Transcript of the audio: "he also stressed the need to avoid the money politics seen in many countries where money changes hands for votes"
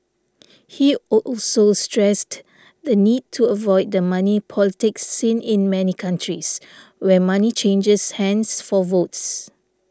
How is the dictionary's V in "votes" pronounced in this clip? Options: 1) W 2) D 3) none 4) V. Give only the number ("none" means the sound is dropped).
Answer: 4